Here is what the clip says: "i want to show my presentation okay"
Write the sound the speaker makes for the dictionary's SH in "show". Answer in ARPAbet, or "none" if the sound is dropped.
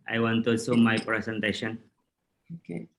S